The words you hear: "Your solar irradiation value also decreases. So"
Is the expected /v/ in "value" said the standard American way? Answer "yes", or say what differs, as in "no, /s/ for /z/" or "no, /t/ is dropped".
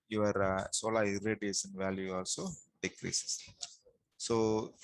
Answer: yes